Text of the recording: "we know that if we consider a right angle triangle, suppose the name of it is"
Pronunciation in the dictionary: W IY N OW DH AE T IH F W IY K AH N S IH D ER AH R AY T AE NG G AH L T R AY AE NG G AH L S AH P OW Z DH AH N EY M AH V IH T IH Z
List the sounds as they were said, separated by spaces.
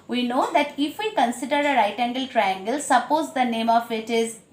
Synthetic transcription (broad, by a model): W IY N OW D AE T IH F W IY K AH N S IH D ER AH R AY T AE NG G AH L T R AY AE NG G AH L S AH P OW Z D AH N EY M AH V IH T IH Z